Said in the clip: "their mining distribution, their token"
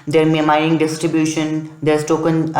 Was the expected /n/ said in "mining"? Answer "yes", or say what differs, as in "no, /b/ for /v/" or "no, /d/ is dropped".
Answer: no, /n/ is dropped